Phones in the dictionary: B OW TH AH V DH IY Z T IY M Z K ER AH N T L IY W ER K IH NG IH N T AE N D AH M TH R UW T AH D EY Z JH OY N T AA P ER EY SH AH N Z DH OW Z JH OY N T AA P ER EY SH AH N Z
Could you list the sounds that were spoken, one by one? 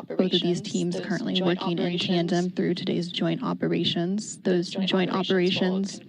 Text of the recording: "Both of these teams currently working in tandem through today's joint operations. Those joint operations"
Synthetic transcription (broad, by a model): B OW TH AH V DH IY Z T IY M Z K ER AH N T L IY W ER K IH NG IH N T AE N D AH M TH R UW T AH D EY Z JH OY N T AA P ER EY SH AH N Z DH OW Z JH OY N T AA P ER EY SH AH N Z